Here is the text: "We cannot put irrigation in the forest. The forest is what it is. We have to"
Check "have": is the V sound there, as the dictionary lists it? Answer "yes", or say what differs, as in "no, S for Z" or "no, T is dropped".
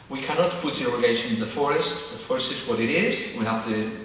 no, F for V